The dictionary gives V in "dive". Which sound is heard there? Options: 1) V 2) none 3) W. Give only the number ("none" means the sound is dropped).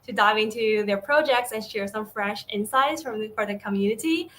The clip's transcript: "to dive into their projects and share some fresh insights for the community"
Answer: 1